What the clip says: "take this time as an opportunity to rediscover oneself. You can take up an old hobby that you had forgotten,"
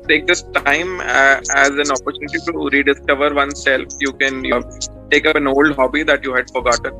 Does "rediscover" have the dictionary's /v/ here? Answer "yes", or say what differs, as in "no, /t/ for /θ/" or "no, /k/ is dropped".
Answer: yes